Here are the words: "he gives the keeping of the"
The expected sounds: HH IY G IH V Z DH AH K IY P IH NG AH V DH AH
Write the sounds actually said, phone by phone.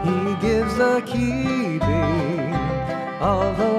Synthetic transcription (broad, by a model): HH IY G IH V Z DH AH K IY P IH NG AH V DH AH